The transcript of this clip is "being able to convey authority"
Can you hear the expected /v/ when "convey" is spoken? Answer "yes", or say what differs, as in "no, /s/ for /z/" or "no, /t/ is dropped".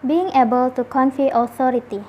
no, /f/ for /v/